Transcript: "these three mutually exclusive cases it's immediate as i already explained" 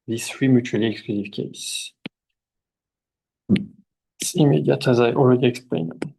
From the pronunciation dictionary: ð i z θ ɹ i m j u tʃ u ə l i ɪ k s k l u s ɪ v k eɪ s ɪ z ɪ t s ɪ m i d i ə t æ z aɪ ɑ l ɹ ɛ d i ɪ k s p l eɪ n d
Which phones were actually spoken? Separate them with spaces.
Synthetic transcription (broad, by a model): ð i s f ɹ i m j u tʃ u ə l i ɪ k s k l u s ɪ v k eɪ ɪ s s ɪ m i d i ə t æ z aɪ ɑ l ɹ ɛ d i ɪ k s p l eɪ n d